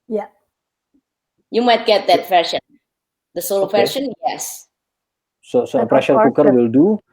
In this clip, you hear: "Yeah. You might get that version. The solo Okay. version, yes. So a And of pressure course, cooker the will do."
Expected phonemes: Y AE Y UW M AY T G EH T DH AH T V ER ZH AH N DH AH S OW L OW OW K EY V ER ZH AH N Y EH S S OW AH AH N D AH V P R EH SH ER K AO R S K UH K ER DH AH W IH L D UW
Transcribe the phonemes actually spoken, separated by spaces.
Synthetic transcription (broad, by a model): Y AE Y UW M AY T G EH T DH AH T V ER SH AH N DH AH S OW L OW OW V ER SH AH N Y EH S S OW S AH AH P R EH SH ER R K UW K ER W IH L D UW